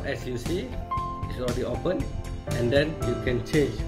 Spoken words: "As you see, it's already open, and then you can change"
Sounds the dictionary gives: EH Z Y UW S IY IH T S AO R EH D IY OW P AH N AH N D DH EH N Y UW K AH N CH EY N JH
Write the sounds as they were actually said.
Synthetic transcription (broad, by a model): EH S Y UW S IY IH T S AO EH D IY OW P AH N AH N D EH N Y UW K AH N CH EY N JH